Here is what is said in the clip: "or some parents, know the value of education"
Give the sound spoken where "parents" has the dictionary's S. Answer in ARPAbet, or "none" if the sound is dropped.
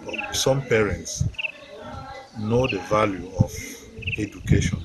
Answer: S